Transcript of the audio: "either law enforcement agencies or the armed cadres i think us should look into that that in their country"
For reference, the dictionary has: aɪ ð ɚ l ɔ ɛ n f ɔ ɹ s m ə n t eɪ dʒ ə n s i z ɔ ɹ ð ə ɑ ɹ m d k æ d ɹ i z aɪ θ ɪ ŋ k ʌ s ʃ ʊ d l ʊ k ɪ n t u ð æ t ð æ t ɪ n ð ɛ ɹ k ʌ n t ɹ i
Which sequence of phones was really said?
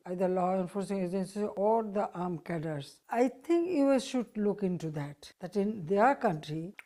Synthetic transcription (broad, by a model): aɪ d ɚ l ɔ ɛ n f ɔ ɹ s ə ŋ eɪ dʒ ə n s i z ɔ ɹ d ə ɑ ɹ m k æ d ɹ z aɪ t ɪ ŋ k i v ʃ ʊ d l ʊ k ɪ n t u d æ t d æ t ɪ n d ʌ ɹ k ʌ n t ɹ i